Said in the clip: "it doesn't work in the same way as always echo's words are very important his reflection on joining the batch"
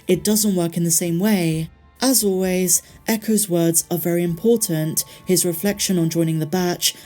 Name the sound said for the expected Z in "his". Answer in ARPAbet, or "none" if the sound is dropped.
Z